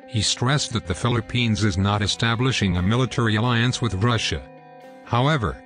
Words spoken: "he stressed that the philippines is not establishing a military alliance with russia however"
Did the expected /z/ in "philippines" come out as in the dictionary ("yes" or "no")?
yes